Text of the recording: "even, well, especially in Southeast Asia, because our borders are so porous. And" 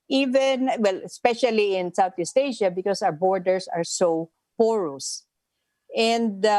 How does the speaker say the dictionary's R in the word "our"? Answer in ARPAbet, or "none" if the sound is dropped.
W